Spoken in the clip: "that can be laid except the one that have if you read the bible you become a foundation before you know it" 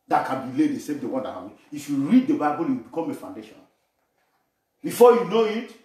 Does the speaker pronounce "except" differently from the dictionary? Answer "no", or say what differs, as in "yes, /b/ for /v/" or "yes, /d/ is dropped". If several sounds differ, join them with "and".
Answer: yes, /k/ is dropped